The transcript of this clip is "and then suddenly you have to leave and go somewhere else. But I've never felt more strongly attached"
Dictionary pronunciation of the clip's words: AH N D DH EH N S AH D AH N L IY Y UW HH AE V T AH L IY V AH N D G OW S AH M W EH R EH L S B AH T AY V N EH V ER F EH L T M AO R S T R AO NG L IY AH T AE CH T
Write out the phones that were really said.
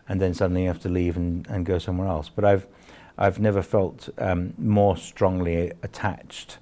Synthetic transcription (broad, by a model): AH N DH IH N S AH D N L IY Y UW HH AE F T AH L IY V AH N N G OW S AH M W EH R EH L S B AH T AY V N EH V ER F EH L T M AO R S T R AO NG L IY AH T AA CH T